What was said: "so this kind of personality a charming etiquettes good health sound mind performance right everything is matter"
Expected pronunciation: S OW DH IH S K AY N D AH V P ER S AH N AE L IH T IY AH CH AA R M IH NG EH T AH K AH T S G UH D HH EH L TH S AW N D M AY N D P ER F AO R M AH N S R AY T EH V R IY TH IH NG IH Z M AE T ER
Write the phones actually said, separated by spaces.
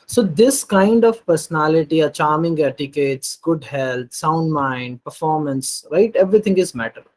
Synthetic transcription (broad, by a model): S OW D IH S K AY N D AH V P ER S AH N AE L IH T IY AH CH AA R M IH NG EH T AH K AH T S G UH D HH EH L T S AW N D M AY N D P ER F AO R M AH N S R AY T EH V R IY T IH NG IH Z M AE T ER